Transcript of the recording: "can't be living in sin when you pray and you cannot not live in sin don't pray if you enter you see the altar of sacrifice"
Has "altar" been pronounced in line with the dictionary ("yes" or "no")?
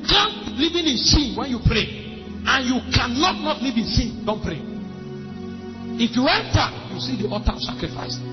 no